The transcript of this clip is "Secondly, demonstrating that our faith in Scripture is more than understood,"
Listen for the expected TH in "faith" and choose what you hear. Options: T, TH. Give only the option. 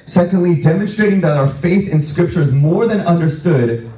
TH